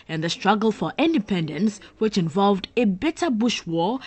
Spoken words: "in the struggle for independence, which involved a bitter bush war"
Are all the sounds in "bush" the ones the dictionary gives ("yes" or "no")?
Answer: yes